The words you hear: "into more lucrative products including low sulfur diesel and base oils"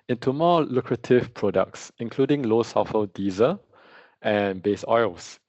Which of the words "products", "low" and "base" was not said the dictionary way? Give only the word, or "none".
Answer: none